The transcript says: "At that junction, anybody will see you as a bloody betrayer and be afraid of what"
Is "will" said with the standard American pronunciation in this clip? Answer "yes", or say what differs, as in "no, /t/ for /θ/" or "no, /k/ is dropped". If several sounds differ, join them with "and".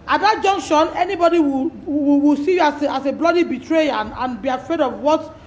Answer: no, /w/ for /l/